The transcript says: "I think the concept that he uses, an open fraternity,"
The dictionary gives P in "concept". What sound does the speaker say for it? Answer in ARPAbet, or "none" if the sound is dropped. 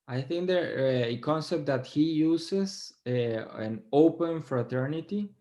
P